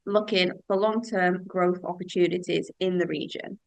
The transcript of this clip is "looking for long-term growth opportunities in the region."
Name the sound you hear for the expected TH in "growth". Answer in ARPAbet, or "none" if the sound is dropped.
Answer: TH